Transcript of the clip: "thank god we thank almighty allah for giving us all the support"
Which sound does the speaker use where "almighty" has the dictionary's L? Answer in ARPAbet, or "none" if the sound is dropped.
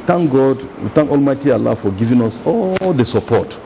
L